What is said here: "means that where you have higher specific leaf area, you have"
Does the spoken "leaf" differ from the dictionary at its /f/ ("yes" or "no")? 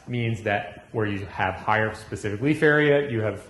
no